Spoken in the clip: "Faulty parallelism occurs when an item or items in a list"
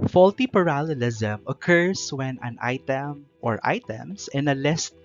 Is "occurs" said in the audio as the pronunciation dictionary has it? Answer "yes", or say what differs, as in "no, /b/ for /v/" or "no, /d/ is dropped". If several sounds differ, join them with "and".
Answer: no, /s/ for /z/